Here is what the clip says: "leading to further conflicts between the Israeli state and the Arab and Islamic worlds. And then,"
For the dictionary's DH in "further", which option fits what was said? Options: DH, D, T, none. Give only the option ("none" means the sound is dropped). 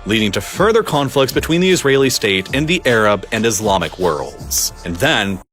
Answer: DH